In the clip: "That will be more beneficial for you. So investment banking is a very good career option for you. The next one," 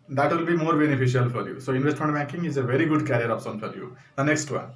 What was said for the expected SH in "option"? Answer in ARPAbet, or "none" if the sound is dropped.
S